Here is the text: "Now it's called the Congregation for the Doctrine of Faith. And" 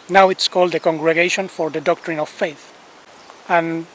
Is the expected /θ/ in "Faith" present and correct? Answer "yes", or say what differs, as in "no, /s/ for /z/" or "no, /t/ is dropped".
yes